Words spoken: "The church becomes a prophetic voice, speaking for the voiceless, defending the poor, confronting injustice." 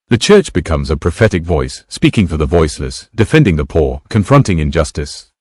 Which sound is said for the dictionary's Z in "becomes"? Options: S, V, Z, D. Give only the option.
Z